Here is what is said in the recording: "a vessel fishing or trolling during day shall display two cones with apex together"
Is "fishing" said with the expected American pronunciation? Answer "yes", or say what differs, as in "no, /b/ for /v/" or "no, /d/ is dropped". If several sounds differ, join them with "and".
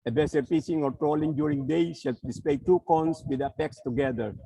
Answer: no, /s/ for /ʃ/